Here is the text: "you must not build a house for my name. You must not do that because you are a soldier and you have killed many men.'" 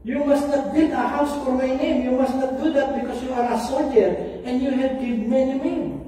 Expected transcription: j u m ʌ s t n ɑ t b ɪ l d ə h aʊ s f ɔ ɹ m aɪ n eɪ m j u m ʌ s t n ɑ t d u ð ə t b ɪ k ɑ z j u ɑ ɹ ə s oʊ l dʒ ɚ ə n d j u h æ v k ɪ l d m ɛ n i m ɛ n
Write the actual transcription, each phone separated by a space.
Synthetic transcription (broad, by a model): j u m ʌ s t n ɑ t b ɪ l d ə h aʊ s f ɔ ɹ m aɪ n eɪ m j u m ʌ s t n ɑ t d u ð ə t b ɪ k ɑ s j u ɑ ɹ ə s oʊ l dʒ ɚ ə n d j u h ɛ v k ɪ d m ɛ n i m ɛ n